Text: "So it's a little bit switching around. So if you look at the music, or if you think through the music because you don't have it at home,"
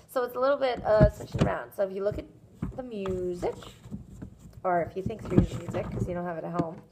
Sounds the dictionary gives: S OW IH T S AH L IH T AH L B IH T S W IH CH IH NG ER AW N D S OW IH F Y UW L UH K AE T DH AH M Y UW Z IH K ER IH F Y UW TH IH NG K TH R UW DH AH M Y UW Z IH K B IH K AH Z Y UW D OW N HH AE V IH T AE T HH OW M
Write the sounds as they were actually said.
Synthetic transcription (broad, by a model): S OW IH T S AH L IH T L B IH T S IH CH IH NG ER AW N D S OW IH F Y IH L UH K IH T DH AH M Y UW Z IH K ER IH F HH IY TH IH NG K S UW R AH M Y UW Z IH IH K AH Z Y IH D OW N HH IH V IH T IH T HH OW M